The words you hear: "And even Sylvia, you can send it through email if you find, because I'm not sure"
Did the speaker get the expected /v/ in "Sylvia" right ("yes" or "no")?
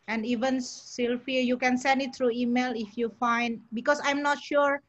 no